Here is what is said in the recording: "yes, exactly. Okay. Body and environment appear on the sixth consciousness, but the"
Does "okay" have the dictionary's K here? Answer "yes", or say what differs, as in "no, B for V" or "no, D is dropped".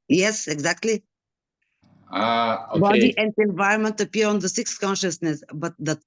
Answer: no, K is dropped